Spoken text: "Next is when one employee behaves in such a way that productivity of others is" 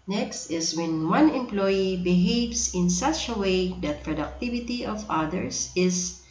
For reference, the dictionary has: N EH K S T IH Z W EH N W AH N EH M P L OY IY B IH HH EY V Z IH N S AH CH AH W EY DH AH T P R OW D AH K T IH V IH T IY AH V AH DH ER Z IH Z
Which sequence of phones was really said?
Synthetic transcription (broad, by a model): N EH K S T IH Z W EH N W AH N EH M P L OY IY B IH HH EY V S IH N S AH CH AH W EY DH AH T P R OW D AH K T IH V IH T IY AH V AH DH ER S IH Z